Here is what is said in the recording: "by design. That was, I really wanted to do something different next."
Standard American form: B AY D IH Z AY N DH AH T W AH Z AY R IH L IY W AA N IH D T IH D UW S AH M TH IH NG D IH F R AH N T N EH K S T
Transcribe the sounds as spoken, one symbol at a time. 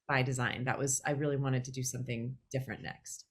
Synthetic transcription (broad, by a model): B AY D IH Z AY N DH AH T W AH Z AY R IH L IY W AA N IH D T IH D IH S AH M TH IH NG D IH F R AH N N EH K S T